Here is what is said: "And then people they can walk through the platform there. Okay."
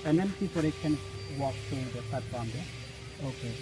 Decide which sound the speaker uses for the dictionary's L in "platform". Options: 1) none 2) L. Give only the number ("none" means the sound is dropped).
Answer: 1